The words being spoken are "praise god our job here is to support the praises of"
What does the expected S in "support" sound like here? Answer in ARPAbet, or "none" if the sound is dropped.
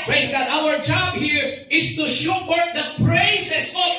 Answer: SH